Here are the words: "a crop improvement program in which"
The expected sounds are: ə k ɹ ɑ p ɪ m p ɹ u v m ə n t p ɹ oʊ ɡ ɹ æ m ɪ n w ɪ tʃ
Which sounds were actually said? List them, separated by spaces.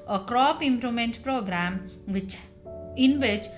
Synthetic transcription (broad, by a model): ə k ɹ ɑ p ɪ m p ɹ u m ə n t p ɹ oʊ ɡ ɹ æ m ɪ n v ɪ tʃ